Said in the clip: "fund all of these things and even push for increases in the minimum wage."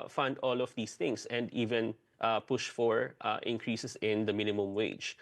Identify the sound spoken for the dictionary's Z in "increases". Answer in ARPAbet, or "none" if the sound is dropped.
S